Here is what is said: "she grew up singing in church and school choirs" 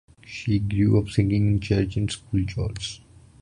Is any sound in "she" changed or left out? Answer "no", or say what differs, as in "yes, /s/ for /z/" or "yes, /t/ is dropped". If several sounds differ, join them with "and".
no